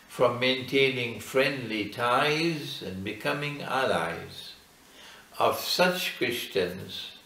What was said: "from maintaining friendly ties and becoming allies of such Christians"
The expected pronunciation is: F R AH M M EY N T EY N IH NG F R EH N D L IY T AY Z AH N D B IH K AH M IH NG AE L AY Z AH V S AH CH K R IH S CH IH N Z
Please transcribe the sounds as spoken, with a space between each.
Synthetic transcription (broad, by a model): F R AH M M EY N T EY N IH NG F R EH N D L IY T AY Z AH N B IH K AH M IH NG AE L AY Z AH V S AH CH K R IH S CH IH N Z